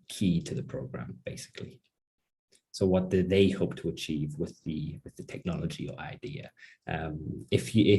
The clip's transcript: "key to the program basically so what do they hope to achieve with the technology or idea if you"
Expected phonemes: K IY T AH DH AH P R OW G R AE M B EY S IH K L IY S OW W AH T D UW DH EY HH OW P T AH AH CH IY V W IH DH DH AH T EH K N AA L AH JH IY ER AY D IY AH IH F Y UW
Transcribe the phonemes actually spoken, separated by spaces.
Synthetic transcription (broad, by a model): K IY T AH DH AH P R OW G R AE M B EY S IH K L IY S OW W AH T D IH DH EY HH OW P T AH AH CH IY V W IH DH DH AH T EH K N AA L AH JH IY ER AY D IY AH IH F Y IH